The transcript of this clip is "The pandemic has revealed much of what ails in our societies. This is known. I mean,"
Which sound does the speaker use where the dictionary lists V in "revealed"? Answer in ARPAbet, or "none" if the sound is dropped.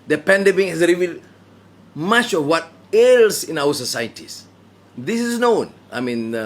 V